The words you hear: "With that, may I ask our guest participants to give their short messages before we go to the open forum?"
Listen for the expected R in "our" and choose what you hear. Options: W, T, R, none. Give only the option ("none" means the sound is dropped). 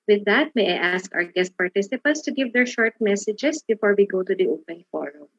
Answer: R